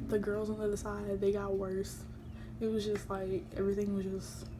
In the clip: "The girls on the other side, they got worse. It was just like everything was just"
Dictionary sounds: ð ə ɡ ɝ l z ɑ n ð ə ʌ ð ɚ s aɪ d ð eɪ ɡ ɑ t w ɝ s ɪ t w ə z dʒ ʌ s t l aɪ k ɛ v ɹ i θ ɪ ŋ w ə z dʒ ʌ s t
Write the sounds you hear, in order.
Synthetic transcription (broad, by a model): ð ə ɡ ɝ l z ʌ n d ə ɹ ð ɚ s aɪ d ð eɪ ɡ ɑ t w ɝ s ɪ t w ə z dʒ ʌ s t l aɪ k ɛ v ɹ i θ ɪ ŋ w ə z dʒ ʌ s t